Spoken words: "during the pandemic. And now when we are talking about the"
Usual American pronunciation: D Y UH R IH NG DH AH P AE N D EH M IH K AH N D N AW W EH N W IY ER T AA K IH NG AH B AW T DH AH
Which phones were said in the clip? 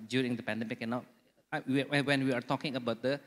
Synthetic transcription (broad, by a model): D Y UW R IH NG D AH P AE N D EH M IH K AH N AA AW W EH N W IY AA T AA K IH NG AH B AW T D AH